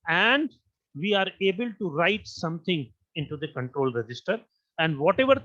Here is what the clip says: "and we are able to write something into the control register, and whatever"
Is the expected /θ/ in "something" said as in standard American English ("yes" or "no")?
no